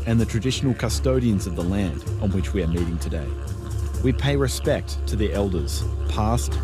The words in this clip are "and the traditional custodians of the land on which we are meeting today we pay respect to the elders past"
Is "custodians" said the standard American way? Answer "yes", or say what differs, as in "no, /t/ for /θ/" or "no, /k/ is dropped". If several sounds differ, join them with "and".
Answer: yes